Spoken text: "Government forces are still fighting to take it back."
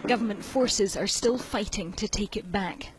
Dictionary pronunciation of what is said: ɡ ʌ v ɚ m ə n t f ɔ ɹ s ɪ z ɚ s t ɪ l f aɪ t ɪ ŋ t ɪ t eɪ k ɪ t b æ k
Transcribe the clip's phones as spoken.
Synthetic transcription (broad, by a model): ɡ ʌ v ɚ m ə n t f ɔ ɹ s ɪ z ɚ s t ɪ l f aɪ t ɪ ŋ t ɪ t eɪ k ɪ t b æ k